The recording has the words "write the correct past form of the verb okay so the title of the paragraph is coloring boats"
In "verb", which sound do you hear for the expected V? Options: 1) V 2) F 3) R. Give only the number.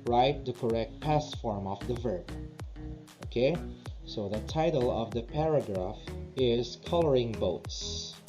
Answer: 1